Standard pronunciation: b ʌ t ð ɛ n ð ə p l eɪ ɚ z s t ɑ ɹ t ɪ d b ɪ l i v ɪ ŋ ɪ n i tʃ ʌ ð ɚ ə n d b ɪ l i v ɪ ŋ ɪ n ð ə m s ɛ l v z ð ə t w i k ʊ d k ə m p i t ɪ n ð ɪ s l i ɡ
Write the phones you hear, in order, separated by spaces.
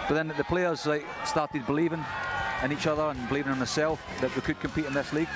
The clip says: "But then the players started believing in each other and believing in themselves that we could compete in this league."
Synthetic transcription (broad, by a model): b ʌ t ð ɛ n ð ə p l eɪ ɚ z s t ɑ ɹ t ɪ d b ɪ l i v ɪ ŋ ɪ n i tʃ ʌ ð ɚ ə n b ɪ l i v ɪ ŋ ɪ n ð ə s ɛ l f ð ə t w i k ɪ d k ə m p i t ɪ n ð ɪ s l i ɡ